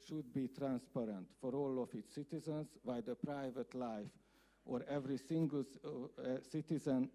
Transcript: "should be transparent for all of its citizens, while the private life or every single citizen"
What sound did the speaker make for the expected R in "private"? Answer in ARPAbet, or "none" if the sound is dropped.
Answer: R